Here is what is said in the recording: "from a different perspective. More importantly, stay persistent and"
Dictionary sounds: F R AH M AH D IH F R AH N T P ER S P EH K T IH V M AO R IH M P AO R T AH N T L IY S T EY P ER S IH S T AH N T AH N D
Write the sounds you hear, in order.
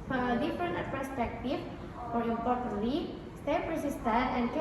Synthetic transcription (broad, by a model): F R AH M AH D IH F R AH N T P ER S P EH K T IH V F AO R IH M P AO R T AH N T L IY S T EY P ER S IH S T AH T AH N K